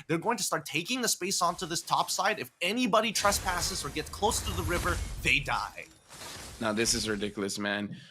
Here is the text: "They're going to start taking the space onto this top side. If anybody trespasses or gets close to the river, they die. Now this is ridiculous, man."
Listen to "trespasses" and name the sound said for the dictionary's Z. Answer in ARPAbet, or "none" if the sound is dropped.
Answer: Z